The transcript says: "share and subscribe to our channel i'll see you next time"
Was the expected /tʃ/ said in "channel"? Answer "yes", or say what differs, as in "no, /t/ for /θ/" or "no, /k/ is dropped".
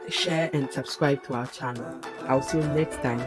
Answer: yes